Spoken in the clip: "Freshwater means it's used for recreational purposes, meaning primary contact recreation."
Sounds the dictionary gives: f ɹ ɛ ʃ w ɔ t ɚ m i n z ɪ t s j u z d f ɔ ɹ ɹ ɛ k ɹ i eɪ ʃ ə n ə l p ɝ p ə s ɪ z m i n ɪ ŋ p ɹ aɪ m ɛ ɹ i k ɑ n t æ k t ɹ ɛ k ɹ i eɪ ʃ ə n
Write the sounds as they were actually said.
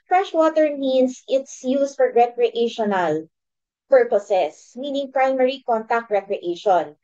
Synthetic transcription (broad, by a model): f ɹ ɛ ʃ w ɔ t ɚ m i n s ɪ t s j u s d f ɔ ɹ ɹ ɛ k ɹ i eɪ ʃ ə n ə l p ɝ p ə s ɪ s m i n ɪ ŋ p ɹ aɪ m ɛ ɹ i k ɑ n t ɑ k t ɹ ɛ k ɹ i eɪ ʃ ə n